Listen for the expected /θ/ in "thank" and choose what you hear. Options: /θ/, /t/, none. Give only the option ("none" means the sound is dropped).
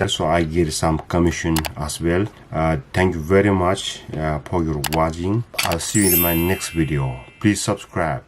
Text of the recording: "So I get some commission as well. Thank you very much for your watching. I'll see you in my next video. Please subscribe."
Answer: /t/